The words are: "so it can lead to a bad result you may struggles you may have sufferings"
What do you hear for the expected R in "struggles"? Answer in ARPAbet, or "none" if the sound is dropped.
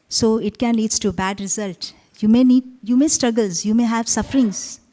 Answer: R